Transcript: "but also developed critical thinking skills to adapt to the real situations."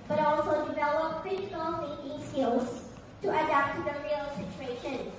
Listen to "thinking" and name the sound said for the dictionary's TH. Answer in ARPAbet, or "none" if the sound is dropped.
F